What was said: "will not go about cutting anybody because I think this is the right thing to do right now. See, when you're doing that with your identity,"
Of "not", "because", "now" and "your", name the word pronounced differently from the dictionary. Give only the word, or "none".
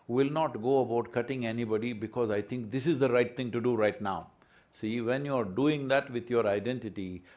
none